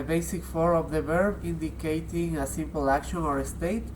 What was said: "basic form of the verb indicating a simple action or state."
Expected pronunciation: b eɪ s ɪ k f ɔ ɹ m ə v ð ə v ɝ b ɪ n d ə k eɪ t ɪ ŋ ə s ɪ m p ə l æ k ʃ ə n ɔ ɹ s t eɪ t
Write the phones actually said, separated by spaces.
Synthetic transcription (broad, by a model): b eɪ s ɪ k f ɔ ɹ ə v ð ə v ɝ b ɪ n d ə k eɪ t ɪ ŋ ə s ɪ m p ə l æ k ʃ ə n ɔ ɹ s t eɪ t